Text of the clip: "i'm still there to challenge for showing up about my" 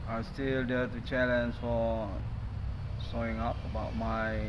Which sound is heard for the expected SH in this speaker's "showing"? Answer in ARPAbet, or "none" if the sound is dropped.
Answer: S